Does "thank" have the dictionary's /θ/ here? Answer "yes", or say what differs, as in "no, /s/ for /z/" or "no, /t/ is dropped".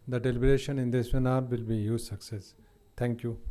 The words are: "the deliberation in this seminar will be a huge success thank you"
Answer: no, /t/ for /θ/